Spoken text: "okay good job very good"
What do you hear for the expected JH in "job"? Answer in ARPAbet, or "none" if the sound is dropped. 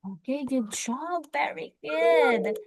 SH